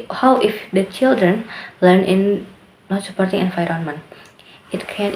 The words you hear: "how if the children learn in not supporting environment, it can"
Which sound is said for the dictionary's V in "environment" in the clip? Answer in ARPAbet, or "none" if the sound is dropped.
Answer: F